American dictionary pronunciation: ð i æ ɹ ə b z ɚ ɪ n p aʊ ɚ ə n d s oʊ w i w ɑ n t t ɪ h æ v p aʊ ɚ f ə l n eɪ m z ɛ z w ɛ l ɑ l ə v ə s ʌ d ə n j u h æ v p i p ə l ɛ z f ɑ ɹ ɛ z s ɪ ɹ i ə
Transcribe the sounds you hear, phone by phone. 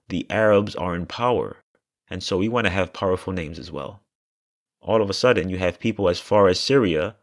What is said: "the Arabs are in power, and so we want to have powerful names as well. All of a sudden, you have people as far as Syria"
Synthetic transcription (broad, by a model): ð i æ ɹ ə b z ɚ ɪ n p aʊ ɚ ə n s oʊ w i w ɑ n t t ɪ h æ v p aʊ ɚ f l n eɪ m z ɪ z w ɛ l ɑ l ə v ə s ʌ d n j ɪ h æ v p i p l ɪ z f ɑ ɹ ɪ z s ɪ ɹ i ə